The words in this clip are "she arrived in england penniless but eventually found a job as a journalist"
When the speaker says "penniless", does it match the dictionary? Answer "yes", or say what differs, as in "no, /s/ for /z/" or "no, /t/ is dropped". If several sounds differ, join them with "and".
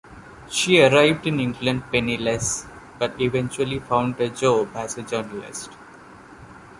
yes